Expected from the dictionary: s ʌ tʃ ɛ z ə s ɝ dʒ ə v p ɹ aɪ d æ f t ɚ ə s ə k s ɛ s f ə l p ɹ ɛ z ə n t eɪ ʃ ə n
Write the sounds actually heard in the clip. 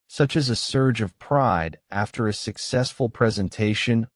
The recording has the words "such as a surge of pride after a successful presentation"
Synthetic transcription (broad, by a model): s ʌ tʃ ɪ z ə s ɝ dʒ ə v p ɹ aɪ d æ f t ɚ ə s ə k s ɛ s f ə l p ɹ ɛ z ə n t eɪ ʃ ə n